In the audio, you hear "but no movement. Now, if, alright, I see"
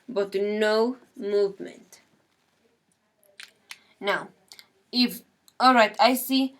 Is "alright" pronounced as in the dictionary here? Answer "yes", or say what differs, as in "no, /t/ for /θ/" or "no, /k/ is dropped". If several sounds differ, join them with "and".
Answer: yes